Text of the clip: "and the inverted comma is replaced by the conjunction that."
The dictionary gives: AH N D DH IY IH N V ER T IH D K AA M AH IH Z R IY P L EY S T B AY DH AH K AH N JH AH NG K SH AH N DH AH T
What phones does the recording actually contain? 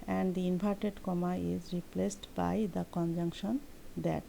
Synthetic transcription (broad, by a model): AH N D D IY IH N P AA T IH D K AA M AH IH Z R IY P L EY S T B AY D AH K AH N JH AH NG K SH AH N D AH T